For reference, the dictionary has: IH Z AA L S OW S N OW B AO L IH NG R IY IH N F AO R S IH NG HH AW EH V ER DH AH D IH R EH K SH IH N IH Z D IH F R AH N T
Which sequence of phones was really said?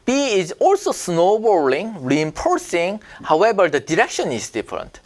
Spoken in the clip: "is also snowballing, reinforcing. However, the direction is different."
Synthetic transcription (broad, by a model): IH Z AA L S OW S N OW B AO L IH NG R IY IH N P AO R S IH NG HH AW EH B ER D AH D IH R EH K SH IH N IH Z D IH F R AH N T